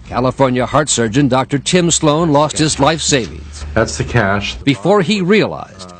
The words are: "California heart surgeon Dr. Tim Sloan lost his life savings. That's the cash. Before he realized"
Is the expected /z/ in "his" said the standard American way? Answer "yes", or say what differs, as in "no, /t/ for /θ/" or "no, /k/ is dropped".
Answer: yes